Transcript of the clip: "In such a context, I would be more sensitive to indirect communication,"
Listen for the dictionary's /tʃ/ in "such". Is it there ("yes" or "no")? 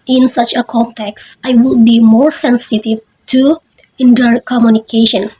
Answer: yes